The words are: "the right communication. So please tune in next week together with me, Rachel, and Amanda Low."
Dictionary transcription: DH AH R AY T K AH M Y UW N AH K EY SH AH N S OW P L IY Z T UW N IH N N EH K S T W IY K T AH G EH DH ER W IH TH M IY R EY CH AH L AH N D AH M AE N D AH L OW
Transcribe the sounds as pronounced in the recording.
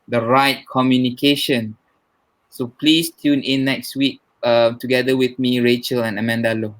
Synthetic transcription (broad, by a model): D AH R AY T K AH M Y UW N AH K EY SH AH N S OW P L IY S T UW N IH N N EH K S T W IY K T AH G EH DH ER W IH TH M IY R EY CH AH L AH N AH M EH N D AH L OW